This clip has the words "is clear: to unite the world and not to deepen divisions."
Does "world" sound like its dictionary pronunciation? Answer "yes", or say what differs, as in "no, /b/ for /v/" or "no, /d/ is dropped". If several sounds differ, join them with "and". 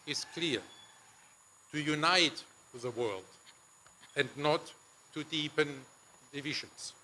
yes